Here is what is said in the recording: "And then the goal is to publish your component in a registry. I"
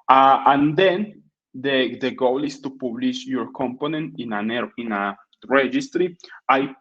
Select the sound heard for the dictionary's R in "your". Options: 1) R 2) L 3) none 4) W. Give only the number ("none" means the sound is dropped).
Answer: 1